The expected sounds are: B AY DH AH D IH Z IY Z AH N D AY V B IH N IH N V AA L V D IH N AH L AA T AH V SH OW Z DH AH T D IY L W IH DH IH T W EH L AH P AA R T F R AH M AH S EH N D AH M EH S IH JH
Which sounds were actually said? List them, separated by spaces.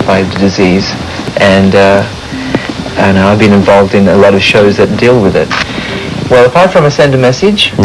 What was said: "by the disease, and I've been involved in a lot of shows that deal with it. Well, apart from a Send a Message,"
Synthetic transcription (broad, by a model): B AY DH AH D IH Z IY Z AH N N AY V B IH N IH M V AA L V D IH N AH L AA T AH V SH OW Z DH AH T D IY L W IH DH IH T W EH L AH P AA R T F R AH M AH S EH N D AH M EH S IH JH